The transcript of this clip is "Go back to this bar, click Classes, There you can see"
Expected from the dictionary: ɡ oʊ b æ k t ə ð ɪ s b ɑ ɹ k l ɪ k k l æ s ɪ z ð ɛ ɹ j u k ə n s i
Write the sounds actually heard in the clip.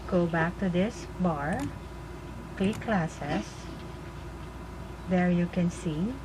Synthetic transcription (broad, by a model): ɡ oʊ b æ k t ə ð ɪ s b ɑ ɹ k l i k k l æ s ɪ s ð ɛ ɹ j u k ə n s i